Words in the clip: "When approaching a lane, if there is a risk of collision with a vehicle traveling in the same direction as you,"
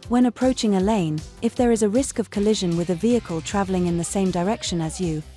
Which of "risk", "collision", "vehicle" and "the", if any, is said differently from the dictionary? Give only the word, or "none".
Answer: none